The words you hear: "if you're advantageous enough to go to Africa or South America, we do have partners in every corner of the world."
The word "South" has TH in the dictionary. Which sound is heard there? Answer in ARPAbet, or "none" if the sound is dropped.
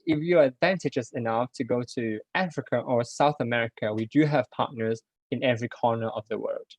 TH